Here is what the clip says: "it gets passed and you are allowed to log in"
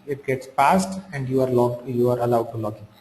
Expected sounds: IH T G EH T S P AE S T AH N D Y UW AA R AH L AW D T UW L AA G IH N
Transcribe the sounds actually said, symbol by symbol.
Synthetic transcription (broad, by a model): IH T G EH T S P AE S T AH N D Y UW AA R AH L AW D T UW L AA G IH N